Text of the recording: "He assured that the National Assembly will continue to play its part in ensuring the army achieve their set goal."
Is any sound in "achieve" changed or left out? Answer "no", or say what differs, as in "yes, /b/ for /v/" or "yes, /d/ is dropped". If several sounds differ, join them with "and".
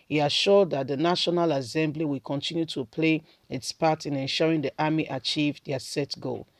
no